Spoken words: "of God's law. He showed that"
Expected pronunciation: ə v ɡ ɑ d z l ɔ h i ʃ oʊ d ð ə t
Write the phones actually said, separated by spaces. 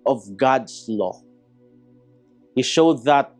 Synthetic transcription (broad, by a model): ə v ɡ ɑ d s l ɔ h i ʃ oʊ d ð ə t